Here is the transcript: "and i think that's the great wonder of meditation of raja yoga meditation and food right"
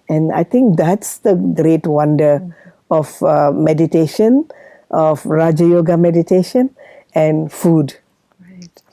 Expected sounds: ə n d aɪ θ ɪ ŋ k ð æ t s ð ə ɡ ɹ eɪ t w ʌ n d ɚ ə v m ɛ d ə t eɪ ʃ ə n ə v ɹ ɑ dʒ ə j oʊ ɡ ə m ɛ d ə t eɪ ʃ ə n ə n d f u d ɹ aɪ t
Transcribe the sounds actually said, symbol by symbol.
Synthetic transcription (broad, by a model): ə n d aɪ t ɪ ŋ k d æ t s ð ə ɡ ɹ eɪ t w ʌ n d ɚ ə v m ɛ d ə t eɪ ʃ ə n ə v ɹ ɑ dʒ ə j oʊ ɡ ə m ɛ d ə t eɪ ʃ ə n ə n f u d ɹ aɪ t